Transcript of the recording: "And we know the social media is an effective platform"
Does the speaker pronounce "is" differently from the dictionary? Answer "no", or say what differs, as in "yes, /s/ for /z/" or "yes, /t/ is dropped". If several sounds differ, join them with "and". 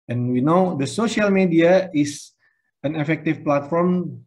yes, /s/ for /z/